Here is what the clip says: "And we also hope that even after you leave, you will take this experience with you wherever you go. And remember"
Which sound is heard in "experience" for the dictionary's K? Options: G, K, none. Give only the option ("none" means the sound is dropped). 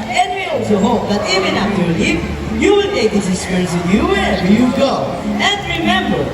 none